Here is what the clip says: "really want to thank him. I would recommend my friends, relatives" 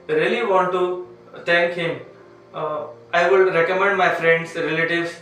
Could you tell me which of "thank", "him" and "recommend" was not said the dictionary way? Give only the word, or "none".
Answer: thank